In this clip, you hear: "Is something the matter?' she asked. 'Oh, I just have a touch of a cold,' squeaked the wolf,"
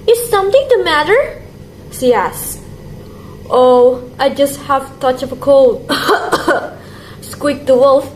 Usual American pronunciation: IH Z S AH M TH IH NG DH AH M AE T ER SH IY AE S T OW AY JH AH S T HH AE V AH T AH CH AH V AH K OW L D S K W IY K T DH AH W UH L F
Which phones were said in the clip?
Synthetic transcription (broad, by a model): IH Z S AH M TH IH NG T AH M AE T ER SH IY AE S T OW AY JH AH S T HH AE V T AH CH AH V AH K OW L D S K W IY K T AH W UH L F